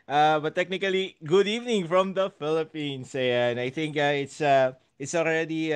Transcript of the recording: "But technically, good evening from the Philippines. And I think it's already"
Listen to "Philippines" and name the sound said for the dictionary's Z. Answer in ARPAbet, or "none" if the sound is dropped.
S